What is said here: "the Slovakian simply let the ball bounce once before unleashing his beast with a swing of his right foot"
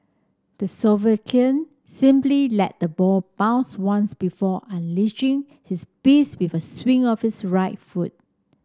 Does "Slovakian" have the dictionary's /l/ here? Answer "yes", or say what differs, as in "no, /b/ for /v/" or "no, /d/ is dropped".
no, /l/ is dropped